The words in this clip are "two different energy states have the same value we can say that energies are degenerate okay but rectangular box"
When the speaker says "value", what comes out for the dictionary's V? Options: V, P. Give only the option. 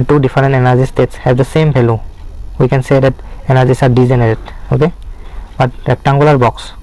P